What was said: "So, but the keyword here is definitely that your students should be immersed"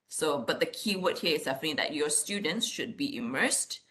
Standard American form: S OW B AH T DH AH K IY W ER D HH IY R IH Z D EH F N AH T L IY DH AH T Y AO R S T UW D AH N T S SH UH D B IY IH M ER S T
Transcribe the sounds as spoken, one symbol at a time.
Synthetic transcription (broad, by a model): S OW B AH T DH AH K IY W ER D HH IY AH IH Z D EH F AH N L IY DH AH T Y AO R S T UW D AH N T S SH UH D B IY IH M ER S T